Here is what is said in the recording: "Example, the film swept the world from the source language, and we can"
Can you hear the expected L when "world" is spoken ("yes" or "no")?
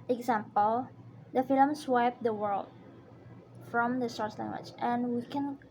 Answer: yes